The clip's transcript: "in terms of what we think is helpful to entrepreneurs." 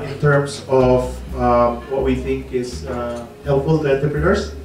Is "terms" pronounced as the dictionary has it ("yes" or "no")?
no